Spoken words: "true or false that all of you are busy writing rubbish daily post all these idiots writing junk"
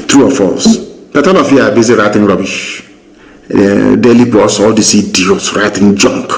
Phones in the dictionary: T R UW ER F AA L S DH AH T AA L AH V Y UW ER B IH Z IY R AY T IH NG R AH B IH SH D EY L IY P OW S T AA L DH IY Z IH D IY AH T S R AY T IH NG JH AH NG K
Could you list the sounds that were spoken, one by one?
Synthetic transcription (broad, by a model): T R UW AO F AA L S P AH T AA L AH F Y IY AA B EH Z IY R AY T IH NG R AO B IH SH D EY L IY B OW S AA L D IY S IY D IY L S R AY T IH NG JH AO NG K